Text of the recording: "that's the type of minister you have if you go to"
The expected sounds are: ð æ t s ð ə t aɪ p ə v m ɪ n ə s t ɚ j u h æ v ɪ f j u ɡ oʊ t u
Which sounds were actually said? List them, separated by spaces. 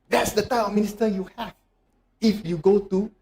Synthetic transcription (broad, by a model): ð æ t s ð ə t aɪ ə m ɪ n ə s t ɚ j u h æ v ɪ f j u ɡ oʊ t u